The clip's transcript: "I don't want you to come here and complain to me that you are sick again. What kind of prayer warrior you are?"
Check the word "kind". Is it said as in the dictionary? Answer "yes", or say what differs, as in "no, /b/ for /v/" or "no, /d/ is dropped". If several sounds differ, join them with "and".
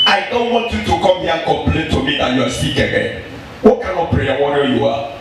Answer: no, /d/ is dropped